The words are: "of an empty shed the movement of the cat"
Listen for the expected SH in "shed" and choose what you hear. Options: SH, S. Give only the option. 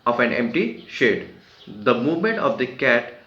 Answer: SH